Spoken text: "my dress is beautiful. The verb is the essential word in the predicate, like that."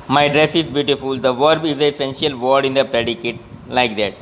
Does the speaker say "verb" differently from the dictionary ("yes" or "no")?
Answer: no